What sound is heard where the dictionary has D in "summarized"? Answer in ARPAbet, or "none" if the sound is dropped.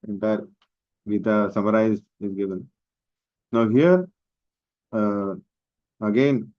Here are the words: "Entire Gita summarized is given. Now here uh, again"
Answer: none